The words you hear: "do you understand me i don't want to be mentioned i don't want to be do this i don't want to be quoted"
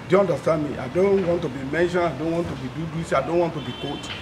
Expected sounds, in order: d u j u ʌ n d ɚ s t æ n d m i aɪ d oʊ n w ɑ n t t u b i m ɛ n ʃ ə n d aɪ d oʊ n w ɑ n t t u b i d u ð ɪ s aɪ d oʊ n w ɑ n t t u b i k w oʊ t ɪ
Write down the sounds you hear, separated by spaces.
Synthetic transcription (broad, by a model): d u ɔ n d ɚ s t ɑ n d m i aɪ d oʊ n w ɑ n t t u b i m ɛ n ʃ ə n aɪ d oʊ n w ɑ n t t u b i d u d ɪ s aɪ d oʊ n w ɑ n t t u b i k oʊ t